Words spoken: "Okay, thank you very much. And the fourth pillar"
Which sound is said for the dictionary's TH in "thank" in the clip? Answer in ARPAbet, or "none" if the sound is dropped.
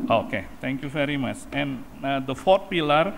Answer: T